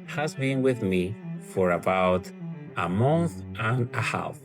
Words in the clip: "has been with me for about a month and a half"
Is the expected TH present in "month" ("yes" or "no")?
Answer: yes